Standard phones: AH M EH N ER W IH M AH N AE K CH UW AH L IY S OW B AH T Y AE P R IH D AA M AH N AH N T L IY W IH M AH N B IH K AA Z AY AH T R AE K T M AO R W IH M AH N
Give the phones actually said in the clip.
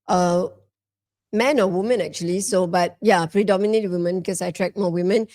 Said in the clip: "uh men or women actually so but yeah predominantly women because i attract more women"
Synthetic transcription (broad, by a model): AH M EH N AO W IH M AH N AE K CH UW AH L IY S OW B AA T Y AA P R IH D AA M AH N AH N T W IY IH M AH N B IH K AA S AY T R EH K M AO W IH M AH N